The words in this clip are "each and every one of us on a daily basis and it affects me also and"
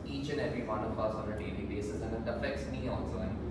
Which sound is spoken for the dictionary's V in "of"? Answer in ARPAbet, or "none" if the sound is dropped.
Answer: P